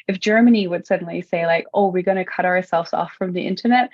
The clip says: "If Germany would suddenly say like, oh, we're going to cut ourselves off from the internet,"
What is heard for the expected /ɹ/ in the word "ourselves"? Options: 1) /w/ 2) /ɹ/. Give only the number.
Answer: 2